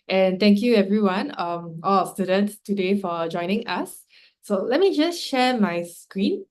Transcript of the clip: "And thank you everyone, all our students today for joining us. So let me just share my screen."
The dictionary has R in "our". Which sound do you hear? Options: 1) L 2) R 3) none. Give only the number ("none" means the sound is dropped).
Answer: 1